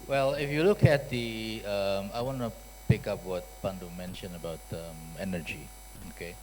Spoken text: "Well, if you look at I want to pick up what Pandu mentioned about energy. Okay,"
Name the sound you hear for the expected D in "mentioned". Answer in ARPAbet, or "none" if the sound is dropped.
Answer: none